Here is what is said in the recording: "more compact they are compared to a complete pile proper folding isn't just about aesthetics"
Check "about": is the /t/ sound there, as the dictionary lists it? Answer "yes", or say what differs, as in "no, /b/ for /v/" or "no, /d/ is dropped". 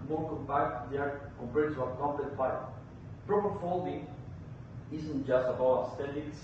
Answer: no, /t/ is dropped